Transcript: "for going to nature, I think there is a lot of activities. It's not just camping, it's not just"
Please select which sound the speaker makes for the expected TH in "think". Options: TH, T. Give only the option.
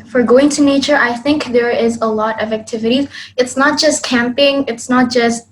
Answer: TH